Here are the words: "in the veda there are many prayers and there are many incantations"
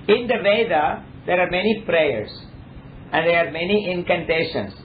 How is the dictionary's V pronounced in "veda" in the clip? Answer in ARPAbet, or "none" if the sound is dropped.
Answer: V